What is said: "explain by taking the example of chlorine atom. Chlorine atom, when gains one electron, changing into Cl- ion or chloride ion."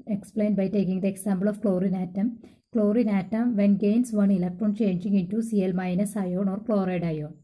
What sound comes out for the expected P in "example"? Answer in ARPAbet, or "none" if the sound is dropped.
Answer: B